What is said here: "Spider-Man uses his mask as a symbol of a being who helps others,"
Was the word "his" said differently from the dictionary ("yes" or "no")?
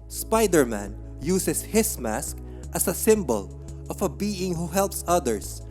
yes